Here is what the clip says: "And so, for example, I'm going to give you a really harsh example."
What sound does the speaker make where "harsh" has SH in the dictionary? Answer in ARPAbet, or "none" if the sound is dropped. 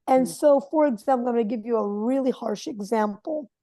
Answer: SH